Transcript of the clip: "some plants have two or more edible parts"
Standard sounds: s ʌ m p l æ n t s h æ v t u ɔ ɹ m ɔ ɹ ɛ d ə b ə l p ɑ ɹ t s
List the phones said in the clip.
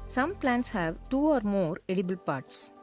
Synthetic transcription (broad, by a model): s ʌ m p l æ n t s h æ v t u ɔ ɹ m ɔ ɹ ɛ d ə b ə l p ɑ ɹ t s